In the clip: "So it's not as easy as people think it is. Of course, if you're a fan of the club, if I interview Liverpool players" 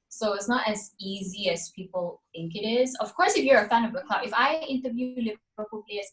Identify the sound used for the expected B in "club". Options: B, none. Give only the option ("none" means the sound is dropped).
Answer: none